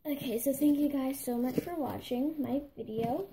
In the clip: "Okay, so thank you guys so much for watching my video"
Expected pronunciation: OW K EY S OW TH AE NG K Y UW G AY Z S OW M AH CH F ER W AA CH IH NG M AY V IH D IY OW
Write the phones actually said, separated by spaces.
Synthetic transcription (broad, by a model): OW K EY S OW TH AE NG K Y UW G AY Z S OW M AH CH F ER W AA CH IH NG M AY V IH D IY OW